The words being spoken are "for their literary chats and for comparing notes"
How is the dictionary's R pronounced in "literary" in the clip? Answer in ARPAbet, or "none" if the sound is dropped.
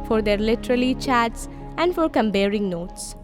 L